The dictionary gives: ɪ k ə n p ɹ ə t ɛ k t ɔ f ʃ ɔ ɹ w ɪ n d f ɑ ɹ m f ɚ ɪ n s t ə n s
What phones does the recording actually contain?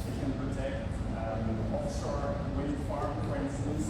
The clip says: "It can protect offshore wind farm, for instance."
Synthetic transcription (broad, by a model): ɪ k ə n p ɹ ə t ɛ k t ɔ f s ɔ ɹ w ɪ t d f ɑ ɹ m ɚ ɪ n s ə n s